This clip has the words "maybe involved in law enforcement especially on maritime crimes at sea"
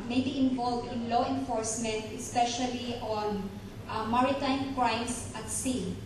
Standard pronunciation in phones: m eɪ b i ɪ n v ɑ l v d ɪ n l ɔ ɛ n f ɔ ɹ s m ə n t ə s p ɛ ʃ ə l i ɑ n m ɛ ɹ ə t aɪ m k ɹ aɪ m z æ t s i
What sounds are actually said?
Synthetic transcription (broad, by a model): m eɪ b i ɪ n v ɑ l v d ɪ n l ɔ ɛ n f ɔ ɹ s m ə n t ə s p ɛ ʃ ə l i ɑ n m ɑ ɹ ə t aɪ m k ɹ aɪ m s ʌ t s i